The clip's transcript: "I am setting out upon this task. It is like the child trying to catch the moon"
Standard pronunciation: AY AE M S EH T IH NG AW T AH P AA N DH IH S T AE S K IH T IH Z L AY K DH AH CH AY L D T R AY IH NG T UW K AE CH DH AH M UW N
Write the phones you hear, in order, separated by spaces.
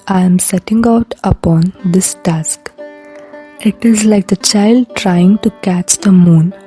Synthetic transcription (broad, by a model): AY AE M S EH T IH NG AW T AH P AA N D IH S T AE S K IH T IH Z L AY K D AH CH AY L D T R AY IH NG T UW K AE CH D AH M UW N